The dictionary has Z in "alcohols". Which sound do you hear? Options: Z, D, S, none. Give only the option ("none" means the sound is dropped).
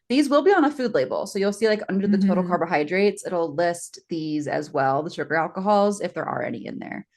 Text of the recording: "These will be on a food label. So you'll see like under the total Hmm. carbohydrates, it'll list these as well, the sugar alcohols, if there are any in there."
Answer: Z